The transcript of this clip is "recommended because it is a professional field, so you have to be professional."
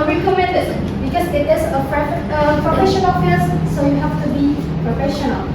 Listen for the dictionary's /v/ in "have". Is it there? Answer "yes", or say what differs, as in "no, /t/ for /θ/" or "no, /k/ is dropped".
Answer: no, /f/ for /v/